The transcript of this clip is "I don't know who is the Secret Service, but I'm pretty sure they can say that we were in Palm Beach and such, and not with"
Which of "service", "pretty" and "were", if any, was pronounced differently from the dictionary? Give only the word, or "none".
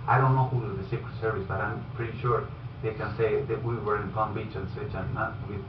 none